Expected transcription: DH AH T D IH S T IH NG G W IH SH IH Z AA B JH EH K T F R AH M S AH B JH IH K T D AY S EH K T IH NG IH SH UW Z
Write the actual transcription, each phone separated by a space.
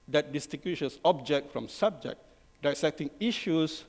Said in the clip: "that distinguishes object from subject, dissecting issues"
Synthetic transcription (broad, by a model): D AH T D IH S T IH G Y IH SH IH S AA B JH EH K T F R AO M S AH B JH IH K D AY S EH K T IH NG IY SH UW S